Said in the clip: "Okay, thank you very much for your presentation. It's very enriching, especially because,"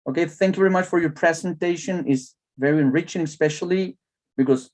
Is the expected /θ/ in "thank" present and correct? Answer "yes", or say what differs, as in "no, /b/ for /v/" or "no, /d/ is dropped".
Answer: yes